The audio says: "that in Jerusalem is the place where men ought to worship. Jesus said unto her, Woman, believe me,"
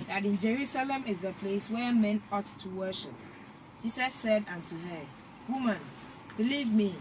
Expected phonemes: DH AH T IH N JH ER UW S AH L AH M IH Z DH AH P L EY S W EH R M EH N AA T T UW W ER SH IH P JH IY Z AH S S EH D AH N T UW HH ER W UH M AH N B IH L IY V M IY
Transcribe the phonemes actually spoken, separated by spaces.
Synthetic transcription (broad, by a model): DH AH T IH N JH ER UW S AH L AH M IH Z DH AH P L EY S W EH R M EH N AA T T UW W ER SH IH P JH IY S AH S S EH D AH N T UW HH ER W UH M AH N B IH L IY V M IY